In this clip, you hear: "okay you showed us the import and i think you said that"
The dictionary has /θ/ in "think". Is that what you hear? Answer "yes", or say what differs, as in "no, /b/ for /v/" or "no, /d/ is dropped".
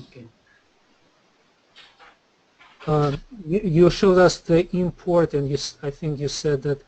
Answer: yes